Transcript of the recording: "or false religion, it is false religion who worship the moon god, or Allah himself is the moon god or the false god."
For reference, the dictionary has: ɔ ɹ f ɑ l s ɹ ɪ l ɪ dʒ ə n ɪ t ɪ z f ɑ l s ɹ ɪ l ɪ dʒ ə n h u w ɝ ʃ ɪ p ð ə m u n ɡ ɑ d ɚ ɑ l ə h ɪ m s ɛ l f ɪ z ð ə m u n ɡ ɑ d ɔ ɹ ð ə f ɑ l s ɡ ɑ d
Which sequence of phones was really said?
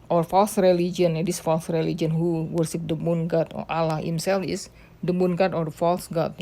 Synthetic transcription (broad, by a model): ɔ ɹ f ɑ l s ɹ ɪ l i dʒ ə n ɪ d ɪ s f ɑ l s ɹ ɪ l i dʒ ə n h u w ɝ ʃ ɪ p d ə m u n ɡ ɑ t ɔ ɑ l ə h ɪ m s ɛ l f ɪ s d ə m u n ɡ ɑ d ɔ ɹ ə f ɑ l s ɡ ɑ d